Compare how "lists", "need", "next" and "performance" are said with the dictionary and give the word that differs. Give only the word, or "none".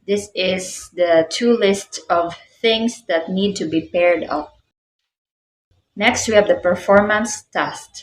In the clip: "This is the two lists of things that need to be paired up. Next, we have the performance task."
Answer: none